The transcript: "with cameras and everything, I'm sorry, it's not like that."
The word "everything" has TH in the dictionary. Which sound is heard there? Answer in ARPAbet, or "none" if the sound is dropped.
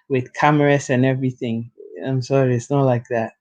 TH